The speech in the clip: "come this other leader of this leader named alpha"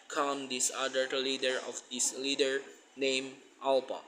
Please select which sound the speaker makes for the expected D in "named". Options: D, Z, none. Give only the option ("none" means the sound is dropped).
none